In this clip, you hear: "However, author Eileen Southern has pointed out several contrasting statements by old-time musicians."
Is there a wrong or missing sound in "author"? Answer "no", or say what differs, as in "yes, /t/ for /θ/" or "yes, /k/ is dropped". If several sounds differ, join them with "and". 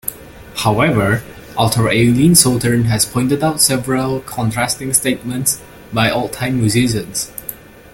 yes, /t/ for /θ/